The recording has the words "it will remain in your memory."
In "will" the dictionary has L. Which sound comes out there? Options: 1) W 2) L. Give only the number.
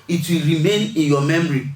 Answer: 2